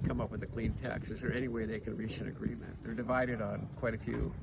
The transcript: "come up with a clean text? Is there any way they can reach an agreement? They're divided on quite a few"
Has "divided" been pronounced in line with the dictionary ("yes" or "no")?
yes